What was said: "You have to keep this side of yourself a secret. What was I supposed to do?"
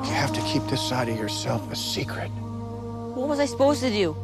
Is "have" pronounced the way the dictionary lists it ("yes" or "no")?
no